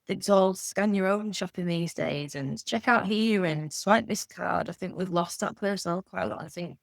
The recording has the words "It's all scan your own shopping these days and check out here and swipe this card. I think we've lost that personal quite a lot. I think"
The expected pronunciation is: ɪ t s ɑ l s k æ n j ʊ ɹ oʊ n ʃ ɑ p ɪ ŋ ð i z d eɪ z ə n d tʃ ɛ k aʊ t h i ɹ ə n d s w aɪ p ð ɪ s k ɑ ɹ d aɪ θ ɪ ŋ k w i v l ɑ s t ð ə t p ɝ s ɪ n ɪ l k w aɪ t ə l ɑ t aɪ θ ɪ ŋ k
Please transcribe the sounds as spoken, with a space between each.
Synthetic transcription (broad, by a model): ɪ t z ɑ l s k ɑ n j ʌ ɹ oʊ n ʃ ɑ p ɪ ŋ ð i z d eɪ z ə n tʃ ɛ k aʊ t h i ɹ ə n s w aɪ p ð ɪ s k ɑ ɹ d aɪ θ ɪ ŋ k w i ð l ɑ s ð ə t p ɝ s ɪ n ɪ l k w aɪ t ə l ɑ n aɪ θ ɪ ŋ k